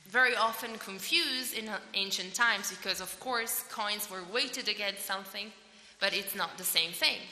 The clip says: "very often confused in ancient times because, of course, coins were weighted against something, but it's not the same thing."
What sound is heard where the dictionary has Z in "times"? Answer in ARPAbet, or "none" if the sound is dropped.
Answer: Z